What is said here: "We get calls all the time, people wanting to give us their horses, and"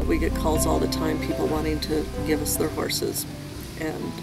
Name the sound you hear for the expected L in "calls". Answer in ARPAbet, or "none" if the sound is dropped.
L